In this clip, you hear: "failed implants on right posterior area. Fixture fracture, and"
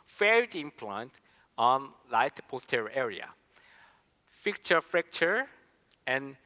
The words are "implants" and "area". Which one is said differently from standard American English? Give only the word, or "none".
implants